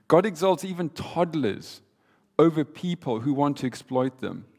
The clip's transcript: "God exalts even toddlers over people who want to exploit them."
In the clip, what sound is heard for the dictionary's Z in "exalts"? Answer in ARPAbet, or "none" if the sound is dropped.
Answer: Z